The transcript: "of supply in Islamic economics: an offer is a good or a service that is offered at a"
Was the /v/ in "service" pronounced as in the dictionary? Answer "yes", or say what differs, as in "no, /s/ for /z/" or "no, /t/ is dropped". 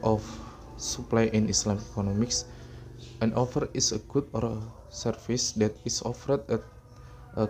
no, /f/ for /v/